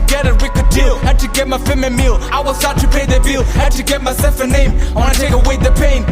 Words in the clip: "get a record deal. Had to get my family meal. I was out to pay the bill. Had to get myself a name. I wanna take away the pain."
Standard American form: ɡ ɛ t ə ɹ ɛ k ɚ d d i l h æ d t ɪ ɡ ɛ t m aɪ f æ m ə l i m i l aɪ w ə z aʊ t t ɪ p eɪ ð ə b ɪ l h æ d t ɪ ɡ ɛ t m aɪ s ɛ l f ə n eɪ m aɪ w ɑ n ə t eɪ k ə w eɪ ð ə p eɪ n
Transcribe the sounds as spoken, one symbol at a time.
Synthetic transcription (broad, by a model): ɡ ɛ t ə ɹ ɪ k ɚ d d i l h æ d t ɪ ɡ ɛ t m aɪ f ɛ m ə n m i l aɪ w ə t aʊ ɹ t ɪ p eɪ ð ə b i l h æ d t ɪ ɡ ɛ t m aɪ s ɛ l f ə n eɪ m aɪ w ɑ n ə t eɪ k ə w eɪ ð ə p eɪ n